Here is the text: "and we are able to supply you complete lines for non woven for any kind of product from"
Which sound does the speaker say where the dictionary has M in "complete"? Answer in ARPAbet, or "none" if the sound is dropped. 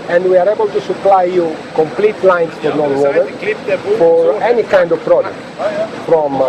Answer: M